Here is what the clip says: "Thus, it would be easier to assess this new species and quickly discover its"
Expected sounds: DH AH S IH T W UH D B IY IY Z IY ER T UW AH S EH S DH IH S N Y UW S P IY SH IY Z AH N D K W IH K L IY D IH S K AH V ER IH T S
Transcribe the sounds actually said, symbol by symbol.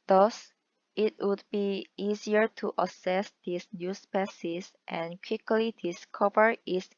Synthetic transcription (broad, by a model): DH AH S IH T W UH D B IY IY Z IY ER T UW AH S EH S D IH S N Y UW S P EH S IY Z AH N K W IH K L IY D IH S K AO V ER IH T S